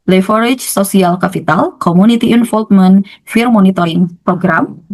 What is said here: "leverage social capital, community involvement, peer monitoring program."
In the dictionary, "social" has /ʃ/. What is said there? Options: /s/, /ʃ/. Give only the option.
/s/